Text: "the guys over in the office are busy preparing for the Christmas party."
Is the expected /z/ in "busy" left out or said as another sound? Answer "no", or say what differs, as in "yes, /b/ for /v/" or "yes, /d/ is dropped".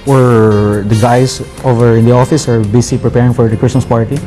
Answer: yes, /s/ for /z/